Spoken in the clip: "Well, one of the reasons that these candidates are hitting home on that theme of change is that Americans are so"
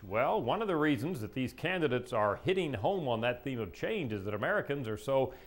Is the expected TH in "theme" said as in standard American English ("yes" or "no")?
yes